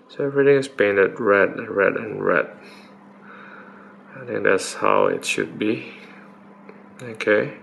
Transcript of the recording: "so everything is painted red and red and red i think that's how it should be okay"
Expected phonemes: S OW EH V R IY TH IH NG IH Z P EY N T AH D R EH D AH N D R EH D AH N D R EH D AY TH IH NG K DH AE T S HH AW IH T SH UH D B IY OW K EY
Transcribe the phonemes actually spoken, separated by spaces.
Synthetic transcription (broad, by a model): S OW EH V R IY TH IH NG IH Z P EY N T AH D R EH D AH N R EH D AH N R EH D AY T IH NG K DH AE T S HH AW IH T SH UH D B IY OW K EY